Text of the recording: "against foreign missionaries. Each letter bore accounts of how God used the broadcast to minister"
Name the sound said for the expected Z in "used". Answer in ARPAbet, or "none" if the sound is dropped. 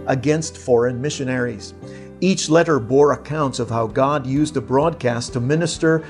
Z